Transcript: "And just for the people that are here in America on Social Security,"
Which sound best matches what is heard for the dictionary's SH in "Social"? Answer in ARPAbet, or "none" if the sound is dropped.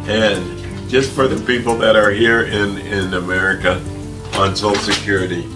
none